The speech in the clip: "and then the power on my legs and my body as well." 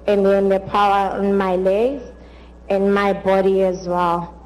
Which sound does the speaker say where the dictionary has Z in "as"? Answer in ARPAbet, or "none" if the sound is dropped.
Z